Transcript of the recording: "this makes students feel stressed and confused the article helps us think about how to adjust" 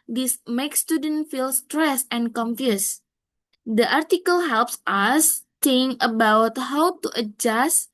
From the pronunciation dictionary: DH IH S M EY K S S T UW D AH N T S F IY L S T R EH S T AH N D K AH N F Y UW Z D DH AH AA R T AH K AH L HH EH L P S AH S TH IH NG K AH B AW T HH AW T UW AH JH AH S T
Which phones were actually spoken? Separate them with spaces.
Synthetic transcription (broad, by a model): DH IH S M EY K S S T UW D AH N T F IY L S T R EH S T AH N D K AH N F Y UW S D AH AA R T AH K AH L HH EH L P S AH S T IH NG AH B AW T HH AW T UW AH JH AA S T